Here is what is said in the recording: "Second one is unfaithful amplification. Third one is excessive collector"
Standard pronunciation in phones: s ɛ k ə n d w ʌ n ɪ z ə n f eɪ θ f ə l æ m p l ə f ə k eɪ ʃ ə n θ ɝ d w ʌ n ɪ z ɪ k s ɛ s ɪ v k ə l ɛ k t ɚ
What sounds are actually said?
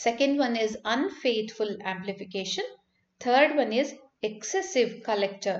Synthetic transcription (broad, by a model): s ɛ k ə n d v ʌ n ɪ z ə n f eɪ t f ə l æ m p l ə f ə k eɪ ʃ ə n t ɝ d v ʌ n ɪ z ɪ k s ɛ s ɪ v k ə l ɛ k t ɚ